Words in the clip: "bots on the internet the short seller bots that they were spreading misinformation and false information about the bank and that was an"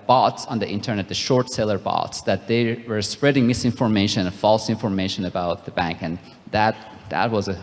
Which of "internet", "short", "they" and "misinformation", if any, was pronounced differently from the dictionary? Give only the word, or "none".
misinformation